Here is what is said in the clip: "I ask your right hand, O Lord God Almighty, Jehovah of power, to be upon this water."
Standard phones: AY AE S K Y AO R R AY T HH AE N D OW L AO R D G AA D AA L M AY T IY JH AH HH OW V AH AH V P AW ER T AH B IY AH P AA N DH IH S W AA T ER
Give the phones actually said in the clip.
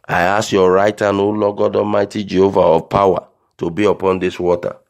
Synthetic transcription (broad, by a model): AY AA S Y AO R R AY T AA N OW L AO G AA D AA M AY T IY JH AH HH OW V AH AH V P AW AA T AH B IY AH P AA N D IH S W AA T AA